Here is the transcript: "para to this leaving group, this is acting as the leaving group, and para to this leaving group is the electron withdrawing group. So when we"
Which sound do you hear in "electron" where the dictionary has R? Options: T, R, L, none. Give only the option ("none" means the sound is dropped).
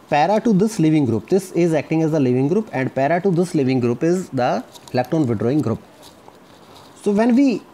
none